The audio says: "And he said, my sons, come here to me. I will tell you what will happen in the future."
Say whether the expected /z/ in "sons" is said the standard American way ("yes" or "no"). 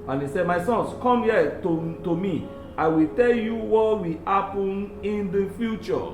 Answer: no